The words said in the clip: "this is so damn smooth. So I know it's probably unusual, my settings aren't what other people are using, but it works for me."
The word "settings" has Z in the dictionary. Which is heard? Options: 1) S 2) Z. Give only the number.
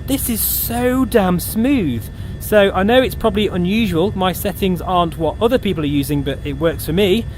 2